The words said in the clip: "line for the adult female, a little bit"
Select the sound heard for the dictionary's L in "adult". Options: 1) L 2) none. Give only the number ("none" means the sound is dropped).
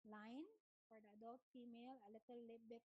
2